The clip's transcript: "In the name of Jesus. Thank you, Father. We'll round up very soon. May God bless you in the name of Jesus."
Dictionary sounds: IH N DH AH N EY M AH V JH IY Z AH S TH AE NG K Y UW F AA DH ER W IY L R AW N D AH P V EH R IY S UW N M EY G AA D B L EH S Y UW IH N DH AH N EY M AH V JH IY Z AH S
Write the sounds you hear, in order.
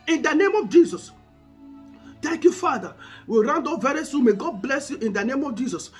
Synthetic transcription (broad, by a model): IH N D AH N EY M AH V JH IY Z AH S T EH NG K Y UW F AA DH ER W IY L R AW N D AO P V EH R IY S UW N M EY G AA D B L EH S Y UW IH N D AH N EY M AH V JH IY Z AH S